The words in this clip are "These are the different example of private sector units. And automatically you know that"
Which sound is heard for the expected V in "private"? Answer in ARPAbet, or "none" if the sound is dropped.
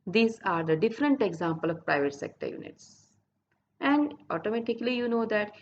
V